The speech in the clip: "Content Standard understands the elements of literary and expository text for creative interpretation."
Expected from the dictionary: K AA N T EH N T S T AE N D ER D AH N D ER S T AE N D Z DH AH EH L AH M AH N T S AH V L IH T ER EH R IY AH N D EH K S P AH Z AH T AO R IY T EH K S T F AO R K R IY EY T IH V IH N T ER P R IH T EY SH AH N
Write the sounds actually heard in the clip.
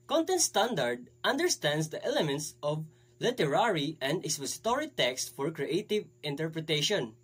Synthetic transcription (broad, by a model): K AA N T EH N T S T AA N D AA D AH N D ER S T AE N D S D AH EH L AH M AH N T S AH V L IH T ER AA R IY AH N D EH S AH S T AO R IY T EH K S T F AO R K R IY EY T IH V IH N T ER P R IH T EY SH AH N